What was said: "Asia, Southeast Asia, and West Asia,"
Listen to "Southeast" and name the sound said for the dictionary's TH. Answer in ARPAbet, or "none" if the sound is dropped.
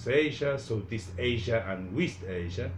T